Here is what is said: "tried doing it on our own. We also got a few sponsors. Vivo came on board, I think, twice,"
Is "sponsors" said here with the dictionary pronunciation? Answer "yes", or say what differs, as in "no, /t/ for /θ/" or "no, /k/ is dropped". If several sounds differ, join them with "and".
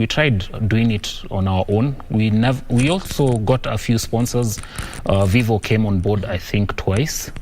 yes